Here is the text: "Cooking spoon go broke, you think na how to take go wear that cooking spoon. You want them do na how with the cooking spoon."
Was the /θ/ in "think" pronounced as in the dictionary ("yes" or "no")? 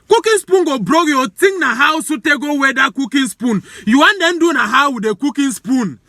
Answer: no